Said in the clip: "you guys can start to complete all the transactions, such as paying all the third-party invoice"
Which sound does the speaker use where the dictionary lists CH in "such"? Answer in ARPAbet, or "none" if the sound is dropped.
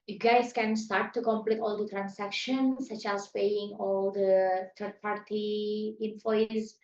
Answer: CH